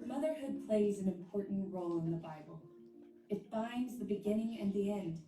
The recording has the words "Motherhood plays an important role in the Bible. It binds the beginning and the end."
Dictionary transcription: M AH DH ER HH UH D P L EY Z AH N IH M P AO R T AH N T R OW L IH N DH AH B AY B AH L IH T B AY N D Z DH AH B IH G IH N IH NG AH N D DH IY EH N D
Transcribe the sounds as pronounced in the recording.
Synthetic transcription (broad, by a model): M AH DH ER HH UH D P L EY Z AH N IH M P AO R T N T R OW L IH N DH AH B AY B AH L IH T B AY N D Z DH AH B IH G IH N IH NG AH N DH IY EH N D